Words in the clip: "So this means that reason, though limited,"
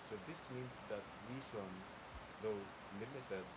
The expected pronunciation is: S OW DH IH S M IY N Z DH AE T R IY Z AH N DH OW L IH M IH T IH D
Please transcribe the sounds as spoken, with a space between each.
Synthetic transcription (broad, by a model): S OW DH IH S M IY N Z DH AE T W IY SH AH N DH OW L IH M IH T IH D